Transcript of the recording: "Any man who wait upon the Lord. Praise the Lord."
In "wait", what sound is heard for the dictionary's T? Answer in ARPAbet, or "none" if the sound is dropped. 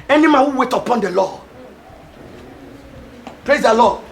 T